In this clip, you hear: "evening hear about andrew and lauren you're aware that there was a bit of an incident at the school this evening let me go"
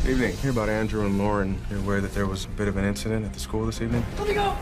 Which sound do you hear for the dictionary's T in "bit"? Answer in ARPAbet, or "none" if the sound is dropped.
T